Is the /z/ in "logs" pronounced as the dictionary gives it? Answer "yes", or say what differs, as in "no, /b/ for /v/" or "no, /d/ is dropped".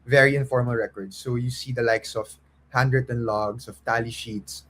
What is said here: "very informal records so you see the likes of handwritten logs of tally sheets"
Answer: no, /s/ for /z/